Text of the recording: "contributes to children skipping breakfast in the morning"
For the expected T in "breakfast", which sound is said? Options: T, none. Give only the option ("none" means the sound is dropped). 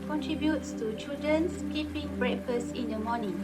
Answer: none